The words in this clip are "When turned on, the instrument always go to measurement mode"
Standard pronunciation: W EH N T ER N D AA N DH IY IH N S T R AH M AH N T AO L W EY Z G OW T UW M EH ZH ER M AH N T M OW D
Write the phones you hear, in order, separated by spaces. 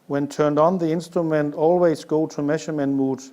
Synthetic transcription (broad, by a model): W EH N T ER N D N DH IY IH N S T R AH M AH N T AO L W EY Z G OW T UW M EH SH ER M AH N M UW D